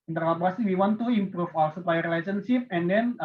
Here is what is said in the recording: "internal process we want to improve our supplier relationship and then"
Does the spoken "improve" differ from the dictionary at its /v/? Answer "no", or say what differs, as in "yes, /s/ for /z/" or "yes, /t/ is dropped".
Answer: yes, /f/ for /v/